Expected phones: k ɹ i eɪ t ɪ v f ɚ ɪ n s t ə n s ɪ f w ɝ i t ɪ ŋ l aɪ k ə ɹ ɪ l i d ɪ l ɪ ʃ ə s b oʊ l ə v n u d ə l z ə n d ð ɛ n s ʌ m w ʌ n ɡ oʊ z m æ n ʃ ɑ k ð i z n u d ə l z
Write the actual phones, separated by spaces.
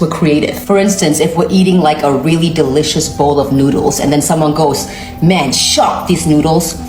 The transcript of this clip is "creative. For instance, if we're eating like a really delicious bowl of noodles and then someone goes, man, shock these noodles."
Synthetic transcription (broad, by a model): k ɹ i eɪ t ɪ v f ɚ ɪ n s t ə n s ɪ f w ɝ i t ɪ ŋ l aɪ k ə ɹ ɪ l i d ɪ l ɪ ʃ ə s b oʊ l ə v n u d l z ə n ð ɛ n s ʌ m w ʌ n ɡ oʊ z m æ n ʃ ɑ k ð i z n u d l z